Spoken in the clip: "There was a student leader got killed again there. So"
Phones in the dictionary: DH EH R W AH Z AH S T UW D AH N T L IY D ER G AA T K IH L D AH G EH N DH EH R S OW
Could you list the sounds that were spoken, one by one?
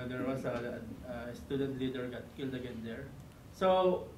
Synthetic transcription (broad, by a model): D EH R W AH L AH S T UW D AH N T L IY D ER G AA T K IH L D AH G EH N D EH R S OW